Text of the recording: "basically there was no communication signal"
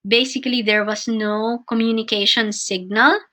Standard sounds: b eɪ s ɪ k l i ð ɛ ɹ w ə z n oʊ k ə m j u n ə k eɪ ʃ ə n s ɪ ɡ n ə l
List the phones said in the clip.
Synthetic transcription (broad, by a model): b eɪ s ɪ k l i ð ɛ ɹ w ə s n oʊ k ə m j u n ə k eɪ ʃ ə n s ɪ ɡ n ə l